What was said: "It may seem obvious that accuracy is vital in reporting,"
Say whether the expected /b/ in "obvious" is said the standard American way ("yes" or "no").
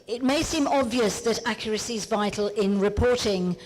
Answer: yes